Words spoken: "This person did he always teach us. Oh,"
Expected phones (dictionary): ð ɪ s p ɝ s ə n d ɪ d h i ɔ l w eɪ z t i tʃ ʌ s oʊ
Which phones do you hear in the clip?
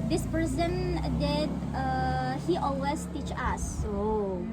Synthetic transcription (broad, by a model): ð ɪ s p ɝ s ə n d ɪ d h i ɔ l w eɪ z t i tʃ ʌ s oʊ